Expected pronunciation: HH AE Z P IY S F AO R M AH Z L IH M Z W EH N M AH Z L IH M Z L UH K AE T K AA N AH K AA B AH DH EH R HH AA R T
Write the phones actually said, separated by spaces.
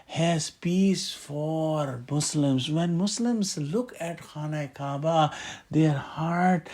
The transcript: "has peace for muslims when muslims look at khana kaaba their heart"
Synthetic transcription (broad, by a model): HH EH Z P IY S F AO R M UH S L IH M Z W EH N M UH S L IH M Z L UH K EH T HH AA N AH K AA B AH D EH R HH AA R T